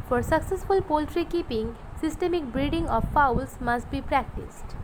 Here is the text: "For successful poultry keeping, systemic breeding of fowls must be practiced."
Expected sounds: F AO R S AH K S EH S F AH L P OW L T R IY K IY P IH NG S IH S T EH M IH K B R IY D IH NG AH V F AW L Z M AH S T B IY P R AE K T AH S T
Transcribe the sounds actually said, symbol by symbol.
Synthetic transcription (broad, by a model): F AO R S AH K S EH S F AH L P OW L T R IY K IY P IH NG S IH S T EH M IH K B R IY D IH NG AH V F AW L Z M AH S T B IY P R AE K T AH S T